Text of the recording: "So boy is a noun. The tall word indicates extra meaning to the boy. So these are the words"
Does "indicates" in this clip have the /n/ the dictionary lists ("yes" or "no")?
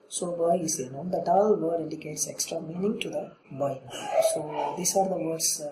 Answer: no